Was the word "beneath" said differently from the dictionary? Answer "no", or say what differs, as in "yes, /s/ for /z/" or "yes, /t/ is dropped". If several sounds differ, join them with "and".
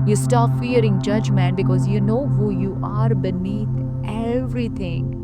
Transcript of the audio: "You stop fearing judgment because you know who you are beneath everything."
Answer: yes, /t/ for /θ/